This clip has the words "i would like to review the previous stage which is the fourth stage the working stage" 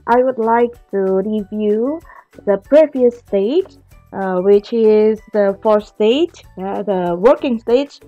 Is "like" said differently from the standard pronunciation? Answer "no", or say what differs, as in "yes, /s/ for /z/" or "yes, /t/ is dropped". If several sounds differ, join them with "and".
no